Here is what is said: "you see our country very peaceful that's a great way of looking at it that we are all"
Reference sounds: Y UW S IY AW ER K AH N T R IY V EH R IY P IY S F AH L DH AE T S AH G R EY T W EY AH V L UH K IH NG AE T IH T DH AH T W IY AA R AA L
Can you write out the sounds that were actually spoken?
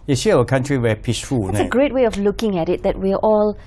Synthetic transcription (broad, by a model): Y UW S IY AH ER K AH N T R IY W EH P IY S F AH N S AH G R EY T W EY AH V L UH K IH NG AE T IH T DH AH T W IY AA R AA L